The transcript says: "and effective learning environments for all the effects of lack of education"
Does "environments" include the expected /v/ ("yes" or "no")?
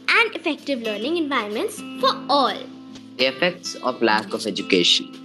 yes